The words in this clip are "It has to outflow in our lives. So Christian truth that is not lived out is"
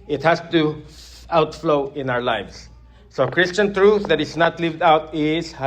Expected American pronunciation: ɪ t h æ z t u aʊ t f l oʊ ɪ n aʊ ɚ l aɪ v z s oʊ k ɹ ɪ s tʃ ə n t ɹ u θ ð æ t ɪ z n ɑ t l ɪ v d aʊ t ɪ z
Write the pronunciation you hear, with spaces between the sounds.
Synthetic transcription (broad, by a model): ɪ t h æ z t u aʊ t f l oʊ ɪ n aʊ ɚ l aɪ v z s oʊ k ɹ ɪ s tʃ ə n t ɹ u θ ð æ t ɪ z n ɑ t l ɪ v d aʊ t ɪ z